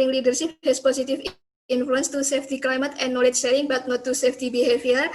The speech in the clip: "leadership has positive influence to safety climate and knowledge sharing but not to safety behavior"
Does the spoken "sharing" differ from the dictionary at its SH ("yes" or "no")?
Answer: yes